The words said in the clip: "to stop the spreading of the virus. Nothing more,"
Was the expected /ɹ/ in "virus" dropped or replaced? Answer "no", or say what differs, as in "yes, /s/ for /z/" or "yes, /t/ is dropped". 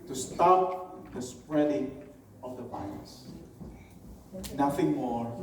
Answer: yes, /l/ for /ɹ/